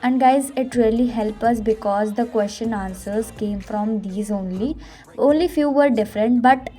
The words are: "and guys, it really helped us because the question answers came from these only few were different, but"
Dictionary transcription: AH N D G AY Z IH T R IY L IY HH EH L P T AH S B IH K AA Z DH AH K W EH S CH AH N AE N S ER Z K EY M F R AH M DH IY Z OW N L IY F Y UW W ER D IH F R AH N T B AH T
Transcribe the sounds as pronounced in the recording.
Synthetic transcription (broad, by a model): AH N D G AY Z IH T R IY L IY HH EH L P AH S B IH K AA Z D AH K W EH S CH AH N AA N S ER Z K EY M F R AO M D IY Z OW N L IY F Y UW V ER D IH F R AH N T B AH T